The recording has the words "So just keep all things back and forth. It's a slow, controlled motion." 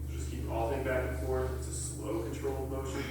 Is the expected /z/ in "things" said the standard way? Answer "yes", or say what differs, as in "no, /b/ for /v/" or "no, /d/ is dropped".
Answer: no, /z/ is dropped